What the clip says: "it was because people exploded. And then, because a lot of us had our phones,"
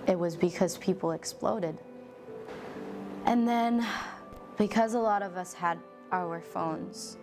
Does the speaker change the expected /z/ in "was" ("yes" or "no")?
no